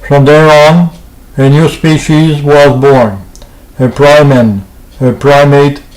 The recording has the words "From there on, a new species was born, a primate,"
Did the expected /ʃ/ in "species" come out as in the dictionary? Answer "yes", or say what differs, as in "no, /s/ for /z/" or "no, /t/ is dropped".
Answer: yes